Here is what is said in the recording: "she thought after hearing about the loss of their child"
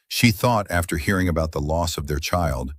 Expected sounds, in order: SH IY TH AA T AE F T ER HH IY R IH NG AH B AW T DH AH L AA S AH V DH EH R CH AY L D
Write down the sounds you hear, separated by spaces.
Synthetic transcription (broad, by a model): SH IY TH AA T AE F T ER HH IY R IH NG AH B AW T DH AH L AA S AH V DH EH R CH AY L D